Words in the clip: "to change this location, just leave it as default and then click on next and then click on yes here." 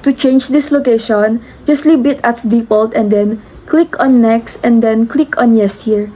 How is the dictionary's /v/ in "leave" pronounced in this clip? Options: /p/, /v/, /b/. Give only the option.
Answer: /b/